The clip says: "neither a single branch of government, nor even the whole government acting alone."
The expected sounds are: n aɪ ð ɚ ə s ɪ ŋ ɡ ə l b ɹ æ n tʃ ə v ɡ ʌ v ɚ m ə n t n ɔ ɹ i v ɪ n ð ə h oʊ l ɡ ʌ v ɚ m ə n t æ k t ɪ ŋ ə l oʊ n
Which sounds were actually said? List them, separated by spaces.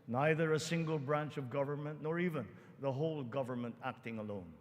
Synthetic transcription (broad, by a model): n aɪ ð ɚ ə s ɪ ŋ ɡ ə l b ɹ æ n tʃ ə v ɡ ʌ v ɚ m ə n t n ɔ ɹ i v ɪ n ð ə h oʊ l ɡ ʌ v ɚ m ə n t æ k t ɪ ŋ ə l oʊ n